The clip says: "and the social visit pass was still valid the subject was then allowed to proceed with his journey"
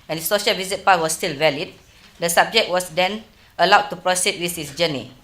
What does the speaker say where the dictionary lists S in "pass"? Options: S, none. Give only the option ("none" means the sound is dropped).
none